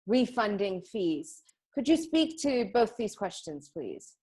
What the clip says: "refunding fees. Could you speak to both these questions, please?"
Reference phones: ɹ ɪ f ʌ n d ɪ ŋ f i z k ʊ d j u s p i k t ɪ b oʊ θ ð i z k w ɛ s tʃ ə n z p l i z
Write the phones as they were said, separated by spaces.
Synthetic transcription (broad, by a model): ɹ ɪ f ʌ n d ɪ ŋ f i z k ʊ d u s p i k t ɪ b oʊ θ ð i z k w ɛ s tʃ ə n z p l i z